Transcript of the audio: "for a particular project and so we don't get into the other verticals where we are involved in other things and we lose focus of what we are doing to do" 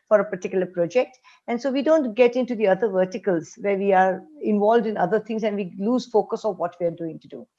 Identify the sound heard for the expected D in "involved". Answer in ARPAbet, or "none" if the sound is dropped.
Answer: D